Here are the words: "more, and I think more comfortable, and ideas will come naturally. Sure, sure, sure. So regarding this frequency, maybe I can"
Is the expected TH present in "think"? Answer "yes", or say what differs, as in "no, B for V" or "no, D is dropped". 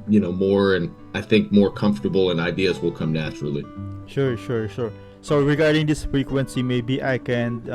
yes